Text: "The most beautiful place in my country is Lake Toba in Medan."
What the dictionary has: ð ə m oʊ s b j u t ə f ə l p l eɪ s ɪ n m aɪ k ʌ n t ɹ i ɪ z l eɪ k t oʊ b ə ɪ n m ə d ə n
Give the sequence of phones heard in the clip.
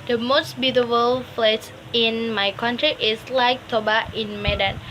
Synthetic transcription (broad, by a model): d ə m oʊ s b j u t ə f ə l f l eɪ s ɪ n m aɪ k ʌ n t ɹ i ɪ s l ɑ k t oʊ b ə ɪ n m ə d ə n